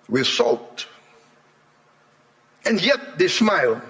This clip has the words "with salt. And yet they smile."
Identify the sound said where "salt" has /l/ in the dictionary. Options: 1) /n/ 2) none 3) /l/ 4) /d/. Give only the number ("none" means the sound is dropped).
3